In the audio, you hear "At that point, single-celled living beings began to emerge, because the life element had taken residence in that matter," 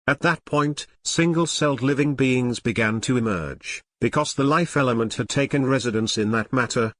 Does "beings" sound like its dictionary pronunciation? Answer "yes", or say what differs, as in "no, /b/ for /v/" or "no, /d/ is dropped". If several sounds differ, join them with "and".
yes